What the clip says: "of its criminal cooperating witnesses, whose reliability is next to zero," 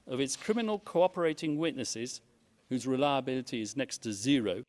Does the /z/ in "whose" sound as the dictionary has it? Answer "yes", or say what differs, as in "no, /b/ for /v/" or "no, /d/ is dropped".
yes